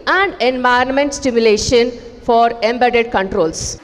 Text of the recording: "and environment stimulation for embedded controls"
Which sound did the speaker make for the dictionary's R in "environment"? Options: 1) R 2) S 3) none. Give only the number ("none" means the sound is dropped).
3